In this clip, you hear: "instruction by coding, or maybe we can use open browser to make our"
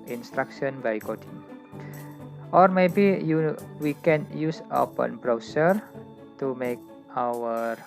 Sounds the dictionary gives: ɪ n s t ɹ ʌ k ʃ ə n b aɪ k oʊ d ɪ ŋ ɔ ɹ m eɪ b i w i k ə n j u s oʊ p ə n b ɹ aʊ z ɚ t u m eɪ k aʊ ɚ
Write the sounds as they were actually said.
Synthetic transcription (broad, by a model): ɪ n s t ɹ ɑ k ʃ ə n b aɪ k oʊ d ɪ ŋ ɔ ɹ m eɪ b i w i k ə n j u s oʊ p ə n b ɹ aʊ s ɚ t u m eɪ k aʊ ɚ